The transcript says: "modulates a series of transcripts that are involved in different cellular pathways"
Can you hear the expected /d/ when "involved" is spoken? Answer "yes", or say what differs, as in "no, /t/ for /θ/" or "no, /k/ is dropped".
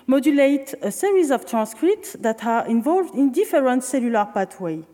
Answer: yes